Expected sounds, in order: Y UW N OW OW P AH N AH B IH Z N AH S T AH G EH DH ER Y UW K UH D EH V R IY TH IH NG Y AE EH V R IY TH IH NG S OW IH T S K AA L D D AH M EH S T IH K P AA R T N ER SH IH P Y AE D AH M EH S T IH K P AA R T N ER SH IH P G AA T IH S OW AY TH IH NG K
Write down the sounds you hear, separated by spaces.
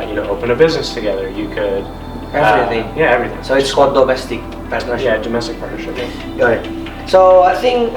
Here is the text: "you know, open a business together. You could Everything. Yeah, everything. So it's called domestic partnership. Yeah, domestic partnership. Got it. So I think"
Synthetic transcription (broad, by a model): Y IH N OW OW P AH N AH B IH Z N AH S T AH G EH DH ER Y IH K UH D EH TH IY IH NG Y AE EH V R IY TH IH NG S OW IH T S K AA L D D AH M EH S T IH K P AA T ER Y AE D AH M EH S T IH K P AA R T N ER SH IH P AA IH S OW AY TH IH NG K